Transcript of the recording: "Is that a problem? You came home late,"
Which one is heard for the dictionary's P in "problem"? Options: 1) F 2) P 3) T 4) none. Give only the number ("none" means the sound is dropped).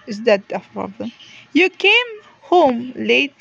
1